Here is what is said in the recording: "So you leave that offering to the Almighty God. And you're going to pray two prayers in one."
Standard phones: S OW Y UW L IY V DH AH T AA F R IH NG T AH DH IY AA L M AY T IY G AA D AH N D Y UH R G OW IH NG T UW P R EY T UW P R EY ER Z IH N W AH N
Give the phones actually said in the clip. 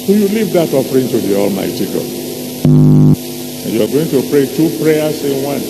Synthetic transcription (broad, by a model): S OW Y UW L IY V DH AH T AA F R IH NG T AH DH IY AA L M AY T IY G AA AH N Y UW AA G OW IH NG T UW P R EY T UW P R EY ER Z IH N W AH N